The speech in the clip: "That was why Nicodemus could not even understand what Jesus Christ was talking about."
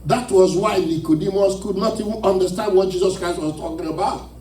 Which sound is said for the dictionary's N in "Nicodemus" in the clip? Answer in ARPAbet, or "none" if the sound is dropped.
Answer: L